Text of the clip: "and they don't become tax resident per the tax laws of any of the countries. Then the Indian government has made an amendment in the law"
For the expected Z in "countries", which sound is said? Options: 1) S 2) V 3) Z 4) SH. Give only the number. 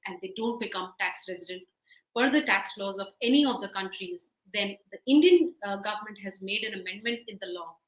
3